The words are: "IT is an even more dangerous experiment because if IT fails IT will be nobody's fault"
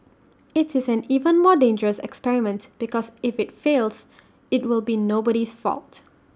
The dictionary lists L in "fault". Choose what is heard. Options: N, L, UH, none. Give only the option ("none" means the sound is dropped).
L